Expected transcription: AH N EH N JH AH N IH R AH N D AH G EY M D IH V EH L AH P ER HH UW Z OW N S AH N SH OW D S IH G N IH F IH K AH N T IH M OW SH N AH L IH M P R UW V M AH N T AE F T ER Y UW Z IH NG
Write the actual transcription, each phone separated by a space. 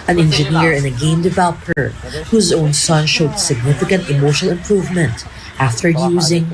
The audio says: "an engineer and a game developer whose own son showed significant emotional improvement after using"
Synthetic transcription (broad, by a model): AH N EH N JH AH N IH R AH N AH G EY M D IH V EH L AH P ER HH UW Z OW N S AH N SH OW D S IH G N IH F IH K AH N T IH M OW SH AH L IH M P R UW V M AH N T AE F T ER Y UW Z IH NG